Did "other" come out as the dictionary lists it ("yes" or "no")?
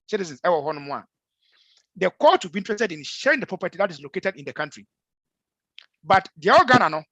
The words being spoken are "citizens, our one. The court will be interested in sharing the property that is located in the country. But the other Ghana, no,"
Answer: no